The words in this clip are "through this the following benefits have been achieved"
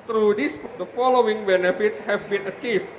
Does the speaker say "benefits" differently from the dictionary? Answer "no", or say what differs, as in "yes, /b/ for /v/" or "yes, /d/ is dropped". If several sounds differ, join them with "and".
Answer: yes, /s/ is dropped